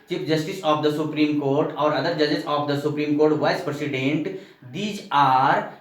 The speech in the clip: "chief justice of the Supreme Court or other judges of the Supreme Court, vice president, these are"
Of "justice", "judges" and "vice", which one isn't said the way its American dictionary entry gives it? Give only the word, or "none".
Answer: judges